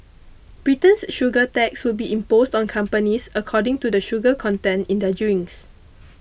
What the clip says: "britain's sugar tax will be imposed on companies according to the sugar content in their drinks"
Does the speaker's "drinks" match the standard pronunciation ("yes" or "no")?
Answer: no